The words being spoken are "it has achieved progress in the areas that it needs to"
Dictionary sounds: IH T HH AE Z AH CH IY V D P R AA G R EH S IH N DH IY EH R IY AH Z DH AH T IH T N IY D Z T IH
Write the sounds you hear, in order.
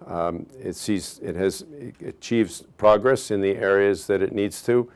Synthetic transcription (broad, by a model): IH T HH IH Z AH CH IY V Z P R AA G R EH S IH N DH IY EH R IY AH Z DH AH T IH T N IY D Z T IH